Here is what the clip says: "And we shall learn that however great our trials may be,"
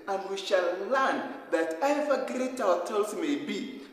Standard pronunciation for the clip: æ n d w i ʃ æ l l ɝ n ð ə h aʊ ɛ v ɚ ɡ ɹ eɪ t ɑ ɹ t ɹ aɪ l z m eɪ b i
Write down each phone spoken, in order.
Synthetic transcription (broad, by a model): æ n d w i ʃ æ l l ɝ n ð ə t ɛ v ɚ ɡ ɹ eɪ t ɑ l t aɪ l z m eɪ b i